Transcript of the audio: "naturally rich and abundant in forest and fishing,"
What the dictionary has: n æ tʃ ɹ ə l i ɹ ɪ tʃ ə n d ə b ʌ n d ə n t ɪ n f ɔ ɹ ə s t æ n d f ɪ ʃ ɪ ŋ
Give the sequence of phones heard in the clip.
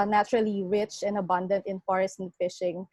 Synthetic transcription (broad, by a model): n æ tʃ ɹ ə l i ɹ ɪ tʃ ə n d ə b ʌ n d ə n t ɪ n f ɔ ɹ ə s t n f ɪ ʃ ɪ ŋ